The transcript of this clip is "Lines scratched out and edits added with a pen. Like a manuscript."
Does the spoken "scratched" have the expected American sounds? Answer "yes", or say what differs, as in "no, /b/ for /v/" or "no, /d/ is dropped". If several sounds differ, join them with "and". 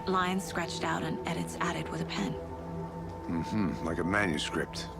yes